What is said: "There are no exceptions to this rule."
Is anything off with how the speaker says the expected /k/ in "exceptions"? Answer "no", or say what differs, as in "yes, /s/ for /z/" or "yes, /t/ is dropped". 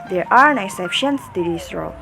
yes, /k/ is dropped